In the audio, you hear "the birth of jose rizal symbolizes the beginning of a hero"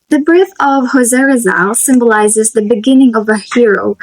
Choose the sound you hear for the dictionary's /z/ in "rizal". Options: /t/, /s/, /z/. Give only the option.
/z/